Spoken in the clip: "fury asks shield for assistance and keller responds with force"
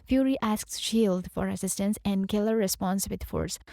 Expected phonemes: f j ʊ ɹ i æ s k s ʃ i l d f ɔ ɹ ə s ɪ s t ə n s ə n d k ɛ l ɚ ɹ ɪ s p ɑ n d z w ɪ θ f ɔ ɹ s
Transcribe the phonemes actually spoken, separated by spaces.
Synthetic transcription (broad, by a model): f j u ɹ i æ s k s ʃ i l d f ɔ ɹ ə s ɪ s t ə n s ə n d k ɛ l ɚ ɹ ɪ s p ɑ n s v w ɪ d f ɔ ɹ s